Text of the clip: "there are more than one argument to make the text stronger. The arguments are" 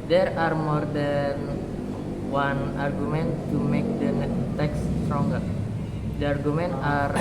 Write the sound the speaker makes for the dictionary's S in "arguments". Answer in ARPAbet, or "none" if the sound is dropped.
none